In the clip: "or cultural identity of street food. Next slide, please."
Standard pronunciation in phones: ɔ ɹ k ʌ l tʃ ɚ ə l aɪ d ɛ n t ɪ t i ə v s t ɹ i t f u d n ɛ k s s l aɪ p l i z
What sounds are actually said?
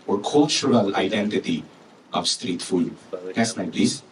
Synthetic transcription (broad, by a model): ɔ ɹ k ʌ l tʃ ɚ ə l aɪ d ɛ n t ɪ t i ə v s t ɹ i t f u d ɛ s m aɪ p l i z